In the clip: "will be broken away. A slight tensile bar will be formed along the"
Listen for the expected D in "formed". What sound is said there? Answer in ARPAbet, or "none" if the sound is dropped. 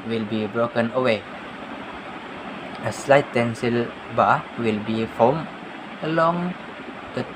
none